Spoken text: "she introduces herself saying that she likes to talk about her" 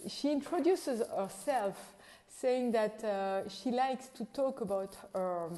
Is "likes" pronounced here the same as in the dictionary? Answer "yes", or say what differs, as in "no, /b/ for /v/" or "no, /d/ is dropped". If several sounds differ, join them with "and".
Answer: yes